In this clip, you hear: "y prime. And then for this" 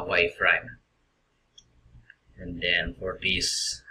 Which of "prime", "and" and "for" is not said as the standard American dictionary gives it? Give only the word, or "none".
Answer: prime